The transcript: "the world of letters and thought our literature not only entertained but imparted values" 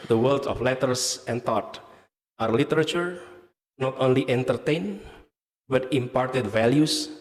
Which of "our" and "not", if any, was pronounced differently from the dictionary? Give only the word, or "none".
none